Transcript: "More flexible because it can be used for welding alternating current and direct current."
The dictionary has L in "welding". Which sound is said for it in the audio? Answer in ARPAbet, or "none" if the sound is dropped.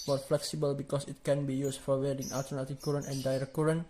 none